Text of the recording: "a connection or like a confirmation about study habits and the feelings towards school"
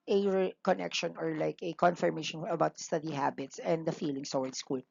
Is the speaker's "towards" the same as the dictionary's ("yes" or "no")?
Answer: no